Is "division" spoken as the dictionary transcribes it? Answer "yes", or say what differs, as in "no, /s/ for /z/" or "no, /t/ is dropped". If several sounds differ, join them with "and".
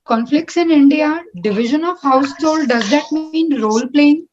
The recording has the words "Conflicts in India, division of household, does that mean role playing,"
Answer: yes